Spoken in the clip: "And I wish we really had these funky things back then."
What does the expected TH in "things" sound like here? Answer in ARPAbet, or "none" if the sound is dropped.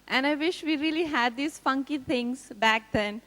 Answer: T